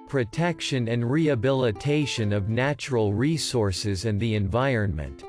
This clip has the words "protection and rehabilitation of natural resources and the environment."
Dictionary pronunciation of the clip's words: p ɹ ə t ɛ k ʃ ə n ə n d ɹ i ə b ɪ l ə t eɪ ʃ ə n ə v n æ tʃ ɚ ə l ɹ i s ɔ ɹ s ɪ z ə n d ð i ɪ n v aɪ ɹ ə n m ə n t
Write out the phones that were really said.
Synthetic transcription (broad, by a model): p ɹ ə t ɛ k ʃ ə n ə n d ɹ i ə b ɪ l ə t eɪ ʃ ə n ə v n æ tʃ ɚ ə l ɹ i s ɔ ɹ s ɪ z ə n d ð i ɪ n v aɪ ɹ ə n m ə n t